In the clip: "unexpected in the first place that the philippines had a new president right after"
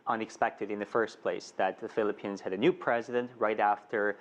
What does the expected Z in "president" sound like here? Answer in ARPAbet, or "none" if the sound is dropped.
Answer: Z